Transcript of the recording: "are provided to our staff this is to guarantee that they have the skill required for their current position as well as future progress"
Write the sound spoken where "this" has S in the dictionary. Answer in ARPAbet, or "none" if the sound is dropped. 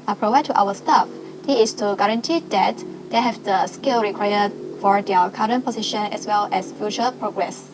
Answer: none